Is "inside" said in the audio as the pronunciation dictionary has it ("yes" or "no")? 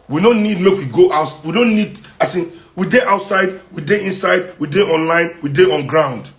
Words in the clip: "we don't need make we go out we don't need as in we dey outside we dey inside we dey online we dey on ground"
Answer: yes